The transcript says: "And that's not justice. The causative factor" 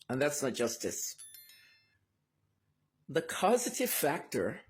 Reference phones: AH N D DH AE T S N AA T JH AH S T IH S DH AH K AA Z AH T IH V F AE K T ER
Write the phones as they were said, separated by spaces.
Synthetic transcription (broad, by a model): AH N DH AE T S N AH T JH AH S T IH S DH AH K AA Z AH T IH V F AE K T ER